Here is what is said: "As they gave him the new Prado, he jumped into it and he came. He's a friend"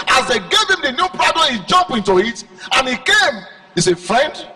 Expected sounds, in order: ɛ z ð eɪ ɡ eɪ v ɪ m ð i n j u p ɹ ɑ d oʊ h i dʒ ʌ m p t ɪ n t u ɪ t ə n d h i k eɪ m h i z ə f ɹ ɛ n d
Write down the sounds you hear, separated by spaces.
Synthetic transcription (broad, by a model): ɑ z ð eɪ ɡ eɪ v ɪ m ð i n j u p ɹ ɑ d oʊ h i dʒ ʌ m p ɪ n t u ɪ t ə n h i k eɪ m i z ə f ɹ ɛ n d